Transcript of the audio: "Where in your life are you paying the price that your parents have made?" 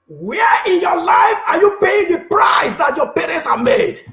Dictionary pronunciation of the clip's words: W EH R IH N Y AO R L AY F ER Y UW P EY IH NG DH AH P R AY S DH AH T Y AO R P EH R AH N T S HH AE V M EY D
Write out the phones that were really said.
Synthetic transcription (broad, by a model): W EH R IH N Y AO L AY F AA Y UW P EY IH NG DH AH P R AY S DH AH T Y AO P EH R AH N T S HH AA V M EY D